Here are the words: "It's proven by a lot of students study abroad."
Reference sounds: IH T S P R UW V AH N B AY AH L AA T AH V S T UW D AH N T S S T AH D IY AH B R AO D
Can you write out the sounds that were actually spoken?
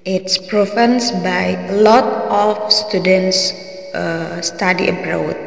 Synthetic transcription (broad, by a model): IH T S P R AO F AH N B AY L AA T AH F S T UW D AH N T S S T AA D IY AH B R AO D